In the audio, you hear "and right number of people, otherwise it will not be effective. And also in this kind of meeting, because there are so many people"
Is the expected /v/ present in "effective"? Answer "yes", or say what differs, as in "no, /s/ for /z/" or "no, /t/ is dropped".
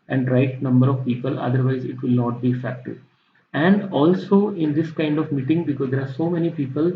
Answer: no, /v/ is dropped